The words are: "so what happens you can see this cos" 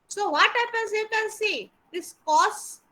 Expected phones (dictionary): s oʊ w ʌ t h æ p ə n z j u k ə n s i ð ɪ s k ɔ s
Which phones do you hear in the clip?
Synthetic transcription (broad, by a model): s oʊ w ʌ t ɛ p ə z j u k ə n s i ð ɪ s k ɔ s